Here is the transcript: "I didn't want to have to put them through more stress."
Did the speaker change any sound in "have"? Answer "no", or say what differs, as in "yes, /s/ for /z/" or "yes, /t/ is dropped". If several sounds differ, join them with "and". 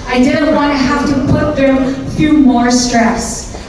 yes, /f/ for /v/